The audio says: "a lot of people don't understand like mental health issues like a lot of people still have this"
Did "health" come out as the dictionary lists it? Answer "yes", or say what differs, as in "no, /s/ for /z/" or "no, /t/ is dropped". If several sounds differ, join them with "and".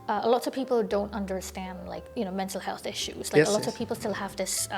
yes